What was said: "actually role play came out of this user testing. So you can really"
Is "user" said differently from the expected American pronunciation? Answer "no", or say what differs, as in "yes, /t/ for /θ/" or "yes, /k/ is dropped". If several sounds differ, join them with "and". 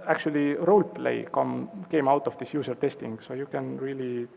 yes, /s/ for /z/